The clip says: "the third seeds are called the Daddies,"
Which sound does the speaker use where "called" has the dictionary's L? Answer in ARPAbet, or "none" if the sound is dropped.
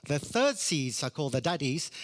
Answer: L